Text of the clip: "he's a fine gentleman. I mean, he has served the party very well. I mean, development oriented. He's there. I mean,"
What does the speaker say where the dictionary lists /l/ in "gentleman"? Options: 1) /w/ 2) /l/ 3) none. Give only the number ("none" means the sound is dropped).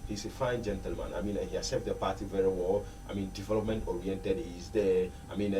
2